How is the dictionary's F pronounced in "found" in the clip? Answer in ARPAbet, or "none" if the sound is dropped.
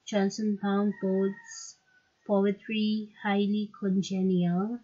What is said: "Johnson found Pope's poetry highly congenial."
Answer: P